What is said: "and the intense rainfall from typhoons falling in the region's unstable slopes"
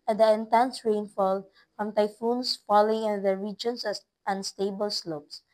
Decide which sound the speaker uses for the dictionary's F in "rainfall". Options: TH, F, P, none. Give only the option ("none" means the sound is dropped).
F